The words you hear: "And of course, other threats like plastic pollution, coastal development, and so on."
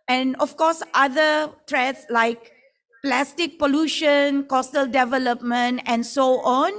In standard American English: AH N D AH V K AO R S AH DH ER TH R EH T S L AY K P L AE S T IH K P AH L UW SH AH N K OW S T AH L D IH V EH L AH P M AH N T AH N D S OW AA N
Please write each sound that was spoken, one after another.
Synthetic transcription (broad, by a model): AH N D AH F K AO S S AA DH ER T R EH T S L AY K P L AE S T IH K P AH L UW SH AH N K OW S T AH L D IH V EH L AH P M AH N T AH N S OW AA N